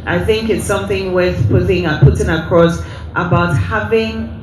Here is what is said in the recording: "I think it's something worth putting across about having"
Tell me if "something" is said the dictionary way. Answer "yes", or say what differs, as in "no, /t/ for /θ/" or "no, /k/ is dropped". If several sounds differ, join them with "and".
yes